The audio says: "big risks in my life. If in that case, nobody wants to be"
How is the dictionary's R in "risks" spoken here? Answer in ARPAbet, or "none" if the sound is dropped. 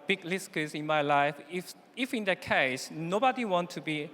L